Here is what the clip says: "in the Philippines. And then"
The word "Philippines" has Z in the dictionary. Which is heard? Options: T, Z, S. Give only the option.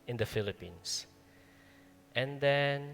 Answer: S